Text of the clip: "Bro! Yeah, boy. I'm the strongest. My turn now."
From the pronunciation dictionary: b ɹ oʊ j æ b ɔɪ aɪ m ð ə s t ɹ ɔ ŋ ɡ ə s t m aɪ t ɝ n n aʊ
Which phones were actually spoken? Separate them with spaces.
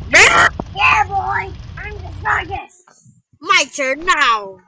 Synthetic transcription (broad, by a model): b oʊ j æ b ɔɪ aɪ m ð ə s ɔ ɡ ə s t m aɪ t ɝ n n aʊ